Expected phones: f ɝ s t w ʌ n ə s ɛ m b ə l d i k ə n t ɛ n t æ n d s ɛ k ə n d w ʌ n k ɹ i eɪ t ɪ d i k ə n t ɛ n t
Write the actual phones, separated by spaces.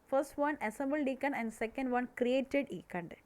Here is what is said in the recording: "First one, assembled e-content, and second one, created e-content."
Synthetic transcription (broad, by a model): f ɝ s t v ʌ n ə s ɛ m b ə l d i k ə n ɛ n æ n d s ɛ k ə n d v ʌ n k ɹ i eɪ t ɪ d i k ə n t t